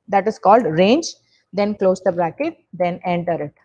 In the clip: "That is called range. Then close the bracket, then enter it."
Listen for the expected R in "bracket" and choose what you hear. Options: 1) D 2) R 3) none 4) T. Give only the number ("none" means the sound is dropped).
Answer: 2